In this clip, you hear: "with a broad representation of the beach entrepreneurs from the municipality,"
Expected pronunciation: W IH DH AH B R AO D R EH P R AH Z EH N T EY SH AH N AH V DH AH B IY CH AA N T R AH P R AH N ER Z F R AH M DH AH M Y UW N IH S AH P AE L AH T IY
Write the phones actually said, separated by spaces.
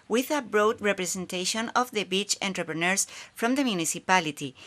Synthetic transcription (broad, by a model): W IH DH AH B R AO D R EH P R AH S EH N T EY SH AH N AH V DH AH B IY CH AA N T R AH P R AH N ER S F R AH M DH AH M Y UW N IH S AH P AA L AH T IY